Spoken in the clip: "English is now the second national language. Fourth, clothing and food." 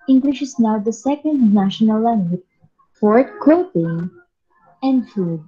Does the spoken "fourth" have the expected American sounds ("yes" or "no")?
no